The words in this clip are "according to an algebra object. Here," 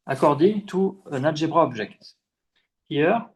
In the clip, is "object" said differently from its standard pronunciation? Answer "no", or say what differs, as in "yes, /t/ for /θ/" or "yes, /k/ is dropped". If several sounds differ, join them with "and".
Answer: yes, /ʒ/ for /dʒ/